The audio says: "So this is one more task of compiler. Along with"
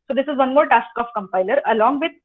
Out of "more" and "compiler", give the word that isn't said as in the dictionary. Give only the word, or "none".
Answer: none